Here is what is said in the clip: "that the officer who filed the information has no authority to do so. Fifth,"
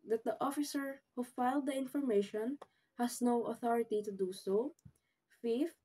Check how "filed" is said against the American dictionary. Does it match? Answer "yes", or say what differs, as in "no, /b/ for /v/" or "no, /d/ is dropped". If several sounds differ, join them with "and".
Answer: yes